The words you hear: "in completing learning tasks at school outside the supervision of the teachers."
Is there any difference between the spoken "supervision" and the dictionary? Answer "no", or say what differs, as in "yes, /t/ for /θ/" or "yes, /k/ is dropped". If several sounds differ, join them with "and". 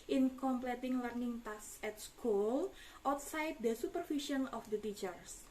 yes, /f/ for /v/ and /ʃ/ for /ʒ/